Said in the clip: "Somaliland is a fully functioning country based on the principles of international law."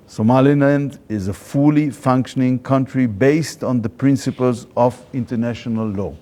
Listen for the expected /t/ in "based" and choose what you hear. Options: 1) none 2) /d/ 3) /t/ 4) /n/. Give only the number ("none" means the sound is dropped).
3